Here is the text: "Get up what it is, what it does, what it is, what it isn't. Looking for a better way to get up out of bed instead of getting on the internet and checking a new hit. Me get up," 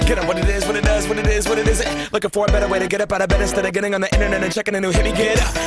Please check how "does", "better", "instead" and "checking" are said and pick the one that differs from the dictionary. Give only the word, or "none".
instead